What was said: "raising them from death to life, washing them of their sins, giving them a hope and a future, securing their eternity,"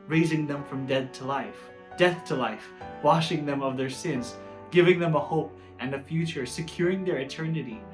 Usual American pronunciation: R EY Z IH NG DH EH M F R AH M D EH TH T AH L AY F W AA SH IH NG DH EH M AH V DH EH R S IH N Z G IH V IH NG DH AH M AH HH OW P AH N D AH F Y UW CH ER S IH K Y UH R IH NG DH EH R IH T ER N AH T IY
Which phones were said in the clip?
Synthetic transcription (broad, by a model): R EY Z IH NG DH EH M F R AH M D EH TH T AH L AY F W AA SH IH NG DH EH M AH V DH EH R S IH N Z G IH V IH NG DH AH M AH HH OW P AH N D AH F Y UW CH ER S IH K Y UH R IH NG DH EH R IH T ER N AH T IY